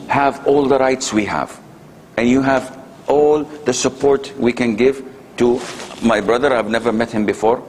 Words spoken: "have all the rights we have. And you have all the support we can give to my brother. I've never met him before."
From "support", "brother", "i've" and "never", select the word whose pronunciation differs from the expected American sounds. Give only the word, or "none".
none